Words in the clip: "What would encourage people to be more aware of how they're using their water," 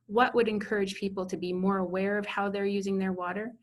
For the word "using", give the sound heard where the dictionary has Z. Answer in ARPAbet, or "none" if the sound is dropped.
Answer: Z